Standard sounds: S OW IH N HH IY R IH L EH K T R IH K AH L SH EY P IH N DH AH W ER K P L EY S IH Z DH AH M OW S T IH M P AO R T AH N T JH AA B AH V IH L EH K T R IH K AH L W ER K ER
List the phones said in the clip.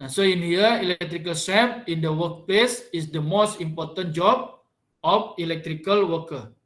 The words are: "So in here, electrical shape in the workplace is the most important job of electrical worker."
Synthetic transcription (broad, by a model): S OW IH N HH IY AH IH L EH K T R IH K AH L S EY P IH N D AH W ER K P L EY S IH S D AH M OW S T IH M P AO R T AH N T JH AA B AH F IH L EH K T R IH K AH L W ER K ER